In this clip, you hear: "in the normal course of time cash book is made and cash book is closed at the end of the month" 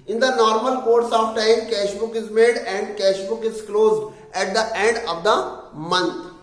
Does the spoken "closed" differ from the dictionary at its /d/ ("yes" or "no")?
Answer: no